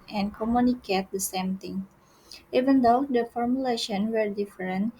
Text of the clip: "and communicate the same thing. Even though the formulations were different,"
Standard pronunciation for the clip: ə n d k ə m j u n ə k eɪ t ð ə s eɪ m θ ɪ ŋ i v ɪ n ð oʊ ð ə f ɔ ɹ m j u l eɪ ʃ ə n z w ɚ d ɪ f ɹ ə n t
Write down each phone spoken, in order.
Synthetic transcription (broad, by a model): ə n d k ə m j u n ə k eɪ t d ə s eɪ m t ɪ ŋ i v ɪ n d oʊ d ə f ɔ ɹ m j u l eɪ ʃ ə n w ɚ d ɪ f ɹ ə n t